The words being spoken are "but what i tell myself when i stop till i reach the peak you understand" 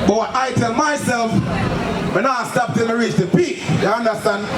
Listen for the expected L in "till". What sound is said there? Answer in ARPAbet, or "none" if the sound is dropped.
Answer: N